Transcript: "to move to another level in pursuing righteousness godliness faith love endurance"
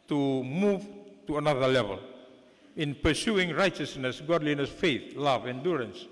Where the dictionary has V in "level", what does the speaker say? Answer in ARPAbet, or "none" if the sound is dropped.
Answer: V